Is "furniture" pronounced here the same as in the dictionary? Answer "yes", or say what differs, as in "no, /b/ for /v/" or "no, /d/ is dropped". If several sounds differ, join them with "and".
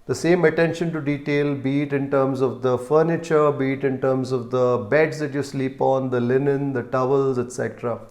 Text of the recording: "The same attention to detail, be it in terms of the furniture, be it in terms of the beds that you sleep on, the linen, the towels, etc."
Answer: yes